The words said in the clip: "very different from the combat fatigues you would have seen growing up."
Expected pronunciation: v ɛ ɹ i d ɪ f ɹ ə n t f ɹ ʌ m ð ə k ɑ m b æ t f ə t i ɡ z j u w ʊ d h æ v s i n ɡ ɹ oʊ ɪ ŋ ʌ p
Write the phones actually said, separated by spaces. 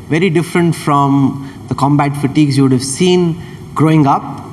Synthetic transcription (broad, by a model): v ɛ ɹ i d ɪ f ɹ ə n t f ɹ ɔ m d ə k ɑ m b æ t f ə t i ɡ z j u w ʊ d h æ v s i n ɡ ɹ oʊ ɪ ŋ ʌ p